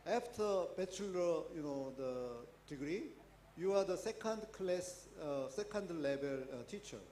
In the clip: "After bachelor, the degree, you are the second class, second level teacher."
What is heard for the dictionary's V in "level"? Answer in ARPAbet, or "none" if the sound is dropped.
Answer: B